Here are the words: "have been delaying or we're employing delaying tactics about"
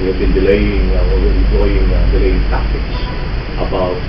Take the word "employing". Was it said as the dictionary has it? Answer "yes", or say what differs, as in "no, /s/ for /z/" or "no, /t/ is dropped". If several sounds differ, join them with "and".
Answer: no, /m/ is dropped